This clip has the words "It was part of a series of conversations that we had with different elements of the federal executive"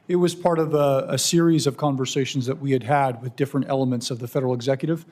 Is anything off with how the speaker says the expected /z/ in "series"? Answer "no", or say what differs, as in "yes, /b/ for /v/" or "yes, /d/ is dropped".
no